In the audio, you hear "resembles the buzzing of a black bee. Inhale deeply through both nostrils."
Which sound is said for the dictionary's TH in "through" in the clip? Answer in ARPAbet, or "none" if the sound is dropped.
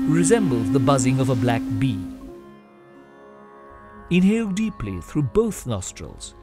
TH